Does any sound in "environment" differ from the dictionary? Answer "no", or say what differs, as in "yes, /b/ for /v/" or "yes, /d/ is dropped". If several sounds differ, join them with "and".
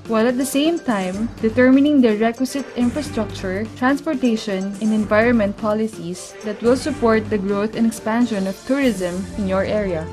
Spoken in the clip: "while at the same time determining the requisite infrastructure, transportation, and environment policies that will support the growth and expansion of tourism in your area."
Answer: no